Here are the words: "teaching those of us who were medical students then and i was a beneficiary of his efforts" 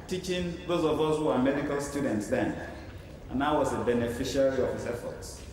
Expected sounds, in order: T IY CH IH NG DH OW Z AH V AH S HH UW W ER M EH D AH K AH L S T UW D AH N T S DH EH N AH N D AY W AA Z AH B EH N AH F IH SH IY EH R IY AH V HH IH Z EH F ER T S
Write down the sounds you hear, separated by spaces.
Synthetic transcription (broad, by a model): T IY CH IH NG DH OW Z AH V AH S HH UW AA M EH D AH K AH L S T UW D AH N T S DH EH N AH N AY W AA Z AH B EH N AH F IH SH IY R IY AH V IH S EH F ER T S